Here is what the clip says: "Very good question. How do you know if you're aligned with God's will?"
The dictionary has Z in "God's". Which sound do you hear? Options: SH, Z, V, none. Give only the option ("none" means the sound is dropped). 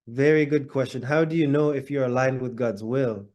Z